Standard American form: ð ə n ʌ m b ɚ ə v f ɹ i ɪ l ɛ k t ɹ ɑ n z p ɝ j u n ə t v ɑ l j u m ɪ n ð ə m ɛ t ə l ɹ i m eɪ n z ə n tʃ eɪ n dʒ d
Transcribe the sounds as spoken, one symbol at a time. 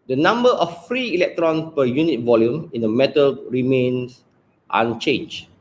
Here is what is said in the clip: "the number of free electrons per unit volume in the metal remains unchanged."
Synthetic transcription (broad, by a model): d ə n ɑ m b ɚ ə f f ɹ i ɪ l ɛ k t ɹ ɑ n p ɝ j u n ə t v ɑ l j u m ɪ n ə m ɛ t ə l ɹ i m eɪ n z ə n tʃ eɪ n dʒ